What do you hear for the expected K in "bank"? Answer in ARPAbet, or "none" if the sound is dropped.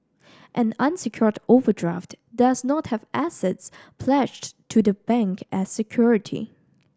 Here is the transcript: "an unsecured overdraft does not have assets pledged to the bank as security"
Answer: K